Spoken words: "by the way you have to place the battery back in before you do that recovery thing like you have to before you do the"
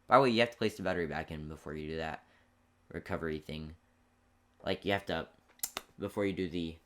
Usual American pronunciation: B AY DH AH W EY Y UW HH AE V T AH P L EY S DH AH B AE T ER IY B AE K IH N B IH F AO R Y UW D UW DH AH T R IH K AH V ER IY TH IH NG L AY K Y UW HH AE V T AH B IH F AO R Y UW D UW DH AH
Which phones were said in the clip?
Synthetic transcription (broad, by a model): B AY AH W EY Y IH HH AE F T AH P L EY S DH AH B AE T ER IY B AE K IH N B IH F AO R Y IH D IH DH AH T R IH K AH V ER IY TH IH NG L AY K Y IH HH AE F T AH B IH F AO R Y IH D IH DH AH